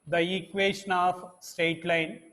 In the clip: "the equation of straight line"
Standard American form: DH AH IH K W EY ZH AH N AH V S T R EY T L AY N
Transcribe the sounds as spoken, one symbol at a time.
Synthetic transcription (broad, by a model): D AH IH K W EY SH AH N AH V S T EY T L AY N